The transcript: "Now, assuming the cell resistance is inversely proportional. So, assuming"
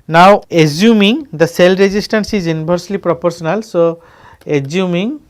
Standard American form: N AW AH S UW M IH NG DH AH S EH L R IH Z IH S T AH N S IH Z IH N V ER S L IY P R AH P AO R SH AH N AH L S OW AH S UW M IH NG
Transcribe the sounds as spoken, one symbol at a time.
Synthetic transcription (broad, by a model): N AW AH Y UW M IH NG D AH S EH L R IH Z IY S T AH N S IH Z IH N B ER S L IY P R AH P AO R S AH N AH L S OW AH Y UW M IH NG